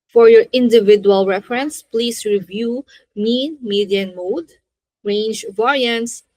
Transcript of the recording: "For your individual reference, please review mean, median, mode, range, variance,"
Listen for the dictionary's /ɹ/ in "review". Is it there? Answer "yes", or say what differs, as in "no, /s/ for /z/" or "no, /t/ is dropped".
yes